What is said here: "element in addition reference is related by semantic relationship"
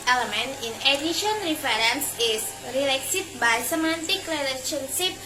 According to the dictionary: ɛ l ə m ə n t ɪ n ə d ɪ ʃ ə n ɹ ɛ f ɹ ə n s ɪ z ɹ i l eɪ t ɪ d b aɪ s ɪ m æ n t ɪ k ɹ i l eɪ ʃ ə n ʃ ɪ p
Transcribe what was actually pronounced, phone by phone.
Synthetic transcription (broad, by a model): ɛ l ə m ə n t ɪ n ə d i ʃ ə n ɹ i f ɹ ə n s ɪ s ɹ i l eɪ s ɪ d b aɪ s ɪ m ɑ n t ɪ k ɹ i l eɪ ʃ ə n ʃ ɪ p